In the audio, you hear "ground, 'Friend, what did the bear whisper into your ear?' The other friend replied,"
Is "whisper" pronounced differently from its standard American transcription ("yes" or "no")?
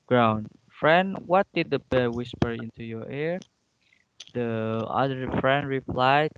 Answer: no